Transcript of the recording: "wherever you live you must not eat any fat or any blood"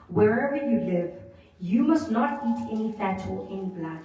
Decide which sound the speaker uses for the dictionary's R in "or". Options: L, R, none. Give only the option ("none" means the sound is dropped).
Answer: L